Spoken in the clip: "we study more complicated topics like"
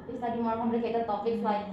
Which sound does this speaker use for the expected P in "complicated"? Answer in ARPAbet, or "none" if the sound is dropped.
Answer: B